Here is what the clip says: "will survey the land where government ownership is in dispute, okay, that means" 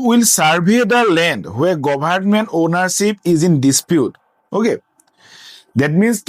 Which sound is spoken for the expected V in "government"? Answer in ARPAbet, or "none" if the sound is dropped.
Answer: B